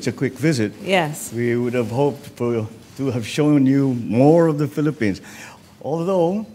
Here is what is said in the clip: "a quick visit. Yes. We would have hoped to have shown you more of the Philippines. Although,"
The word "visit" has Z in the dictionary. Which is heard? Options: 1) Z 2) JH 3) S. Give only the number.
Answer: 1